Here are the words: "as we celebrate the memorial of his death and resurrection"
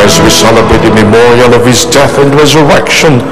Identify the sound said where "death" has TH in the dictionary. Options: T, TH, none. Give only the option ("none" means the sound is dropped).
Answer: TH